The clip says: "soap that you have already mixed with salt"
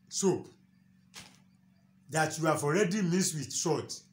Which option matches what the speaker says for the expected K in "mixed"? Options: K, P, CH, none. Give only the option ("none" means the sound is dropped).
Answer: none